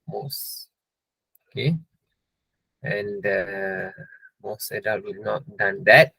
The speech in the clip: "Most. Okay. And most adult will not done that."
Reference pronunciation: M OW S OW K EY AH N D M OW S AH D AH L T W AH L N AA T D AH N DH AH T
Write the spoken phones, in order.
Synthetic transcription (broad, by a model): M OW S OW K EY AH N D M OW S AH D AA T W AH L N AA T D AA N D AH T